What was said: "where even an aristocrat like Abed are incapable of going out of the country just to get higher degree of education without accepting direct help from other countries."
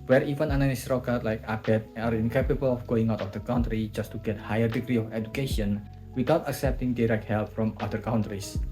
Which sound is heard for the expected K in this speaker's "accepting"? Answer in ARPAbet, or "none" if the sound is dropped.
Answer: K